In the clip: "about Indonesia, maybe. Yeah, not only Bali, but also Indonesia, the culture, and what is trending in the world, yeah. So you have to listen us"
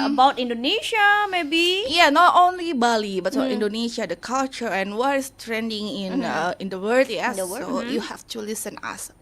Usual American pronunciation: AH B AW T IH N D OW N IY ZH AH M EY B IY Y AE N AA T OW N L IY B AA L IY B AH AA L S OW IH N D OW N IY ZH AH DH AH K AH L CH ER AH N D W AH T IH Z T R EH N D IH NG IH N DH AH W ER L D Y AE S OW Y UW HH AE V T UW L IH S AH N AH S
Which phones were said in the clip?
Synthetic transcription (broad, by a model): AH B AW T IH N D OW N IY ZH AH M EY B IY Y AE N AA T OW N L IY B AA L IY B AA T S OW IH N D OW N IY SH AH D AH K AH L CH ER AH N W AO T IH S T R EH N D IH NG IH N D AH W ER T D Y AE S OW Y UW HH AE F T UW L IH S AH N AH S